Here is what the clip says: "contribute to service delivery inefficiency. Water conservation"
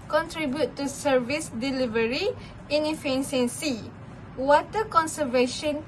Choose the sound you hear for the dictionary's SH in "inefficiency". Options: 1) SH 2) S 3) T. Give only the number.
2